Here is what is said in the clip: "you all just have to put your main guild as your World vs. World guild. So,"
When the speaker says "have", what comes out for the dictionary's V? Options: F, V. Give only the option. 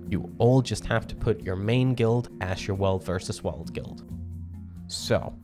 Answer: F